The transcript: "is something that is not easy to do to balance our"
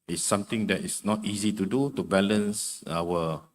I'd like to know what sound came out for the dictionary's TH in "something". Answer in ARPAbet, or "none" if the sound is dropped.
T